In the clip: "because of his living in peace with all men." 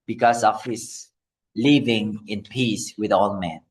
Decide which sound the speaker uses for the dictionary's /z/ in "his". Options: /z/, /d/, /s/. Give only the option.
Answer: /s/